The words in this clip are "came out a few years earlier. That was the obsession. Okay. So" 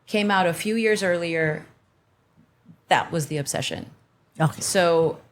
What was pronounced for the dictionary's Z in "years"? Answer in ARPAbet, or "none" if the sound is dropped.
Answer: Z